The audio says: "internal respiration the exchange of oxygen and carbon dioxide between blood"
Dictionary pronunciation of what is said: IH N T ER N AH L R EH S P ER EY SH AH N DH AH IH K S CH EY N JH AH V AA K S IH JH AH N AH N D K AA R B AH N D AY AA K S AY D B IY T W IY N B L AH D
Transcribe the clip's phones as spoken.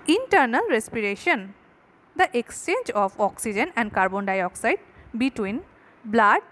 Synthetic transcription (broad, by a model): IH N T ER N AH L R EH S P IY EY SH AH N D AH IH K S CH EY N JH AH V AA K S IH JH AH N AH N D K AA R B AH N D AY AA K S AY D B IY T W IY N B L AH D